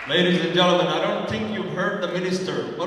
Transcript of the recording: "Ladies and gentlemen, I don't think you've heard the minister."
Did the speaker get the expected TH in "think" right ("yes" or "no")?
yes